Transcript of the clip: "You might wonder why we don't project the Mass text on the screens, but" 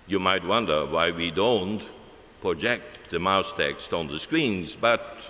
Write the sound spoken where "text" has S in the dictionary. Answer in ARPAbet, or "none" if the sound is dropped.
S